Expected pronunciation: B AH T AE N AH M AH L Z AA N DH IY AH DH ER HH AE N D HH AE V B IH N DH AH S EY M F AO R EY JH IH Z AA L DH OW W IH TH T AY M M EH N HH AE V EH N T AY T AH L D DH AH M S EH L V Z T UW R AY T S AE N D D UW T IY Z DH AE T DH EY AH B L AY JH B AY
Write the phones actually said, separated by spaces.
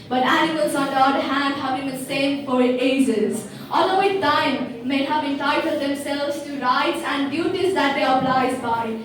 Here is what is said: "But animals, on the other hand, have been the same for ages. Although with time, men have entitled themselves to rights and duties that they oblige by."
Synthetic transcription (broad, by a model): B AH T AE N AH M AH L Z AA N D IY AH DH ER HH AE N D HH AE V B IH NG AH S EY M F AO R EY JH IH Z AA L OW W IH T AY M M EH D HH AE V EH N T AY T AH L D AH M S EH L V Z T UW R AY T S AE N D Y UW T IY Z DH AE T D EY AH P L AY Z B AY